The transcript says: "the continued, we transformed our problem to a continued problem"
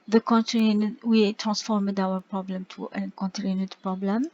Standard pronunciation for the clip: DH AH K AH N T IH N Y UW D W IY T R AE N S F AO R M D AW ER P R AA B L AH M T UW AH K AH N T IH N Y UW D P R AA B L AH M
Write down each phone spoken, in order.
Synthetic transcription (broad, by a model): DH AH K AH N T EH N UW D W IY T R AE N S F AO R M D AW ER P R AA B L AH M T UW AH K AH N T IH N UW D P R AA B L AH M